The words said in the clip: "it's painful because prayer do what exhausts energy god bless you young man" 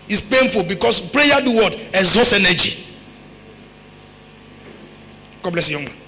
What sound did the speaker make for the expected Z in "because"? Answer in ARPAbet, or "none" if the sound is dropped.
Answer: S